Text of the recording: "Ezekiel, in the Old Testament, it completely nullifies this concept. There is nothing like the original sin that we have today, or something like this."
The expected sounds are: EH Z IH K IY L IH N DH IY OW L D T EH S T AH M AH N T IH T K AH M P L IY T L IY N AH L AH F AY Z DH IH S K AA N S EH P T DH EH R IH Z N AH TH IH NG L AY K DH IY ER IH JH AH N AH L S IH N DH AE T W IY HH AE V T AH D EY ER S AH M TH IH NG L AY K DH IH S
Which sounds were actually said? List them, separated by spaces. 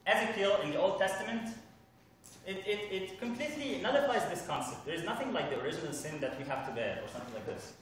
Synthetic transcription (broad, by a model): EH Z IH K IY L IH N DH IY OW L D T EH S T AH M AH N T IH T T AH M P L IY T L IY N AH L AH F AY Z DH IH S K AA N S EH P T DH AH R IH Z N AH TH IH NG L AY K DH IY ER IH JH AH N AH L S IH N DH AE T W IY HH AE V T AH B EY ER S AH M TH IH NG L AY K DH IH S